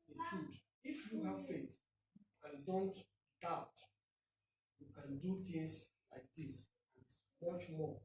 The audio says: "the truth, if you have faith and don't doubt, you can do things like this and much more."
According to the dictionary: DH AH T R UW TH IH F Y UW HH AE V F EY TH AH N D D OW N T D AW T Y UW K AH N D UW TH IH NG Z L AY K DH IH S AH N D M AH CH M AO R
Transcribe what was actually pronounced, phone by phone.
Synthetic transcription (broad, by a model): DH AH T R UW T IH F Y UW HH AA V F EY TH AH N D D OW N T D AW T Y UW K AH N D UW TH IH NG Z L AY K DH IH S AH N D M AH CH M AO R